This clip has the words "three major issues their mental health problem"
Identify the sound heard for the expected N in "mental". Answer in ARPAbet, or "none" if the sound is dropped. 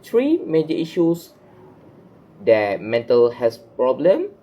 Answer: N